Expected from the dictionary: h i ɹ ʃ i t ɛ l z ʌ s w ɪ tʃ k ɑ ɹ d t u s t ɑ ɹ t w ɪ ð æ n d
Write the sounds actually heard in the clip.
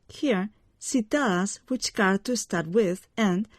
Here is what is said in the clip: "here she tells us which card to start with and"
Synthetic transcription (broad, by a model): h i ɹ s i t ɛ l ʌ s w ɪ tʃ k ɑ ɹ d t u s t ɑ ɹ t w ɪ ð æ n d